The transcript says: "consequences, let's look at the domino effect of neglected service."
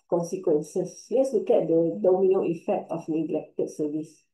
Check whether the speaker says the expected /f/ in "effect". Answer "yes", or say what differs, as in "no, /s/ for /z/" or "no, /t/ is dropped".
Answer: yes